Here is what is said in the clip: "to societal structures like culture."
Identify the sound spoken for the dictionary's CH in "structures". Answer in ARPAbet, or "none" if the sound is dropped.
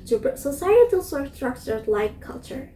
S